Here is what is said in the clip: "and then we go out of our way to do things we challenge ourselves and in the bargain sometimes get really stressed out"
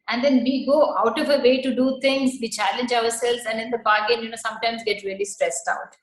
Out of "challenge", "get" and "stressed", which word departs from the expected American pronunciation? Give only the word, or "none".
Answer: none